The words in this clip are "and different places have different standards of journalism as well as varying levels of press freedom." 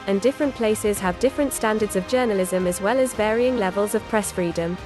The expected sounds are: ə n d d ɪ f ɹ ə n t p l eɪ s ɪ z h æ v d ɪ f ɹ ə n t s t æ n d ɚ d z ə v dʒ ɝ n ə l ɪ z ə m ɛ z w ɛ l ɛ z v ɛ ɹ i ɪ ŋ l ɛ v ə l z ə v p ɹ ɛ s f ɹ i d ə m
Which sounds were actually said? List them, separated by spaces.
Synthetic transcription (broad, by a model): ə n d d ɪ f ɹ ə n p l eɪ s ɪ z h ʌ v d ɪ f ɹ ə n t s t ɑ n d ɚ d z ə v dʒ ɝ n ə l ɪ z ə m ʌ z w ɛ l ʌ z v ɛ ɹ i ɪ ŋ l ɛ v ə l z ə v p ɹ ɛ s f ɹ i d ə m